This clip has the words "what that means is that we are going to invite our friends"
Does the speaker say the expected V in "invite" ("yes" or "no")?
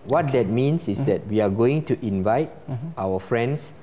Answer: yes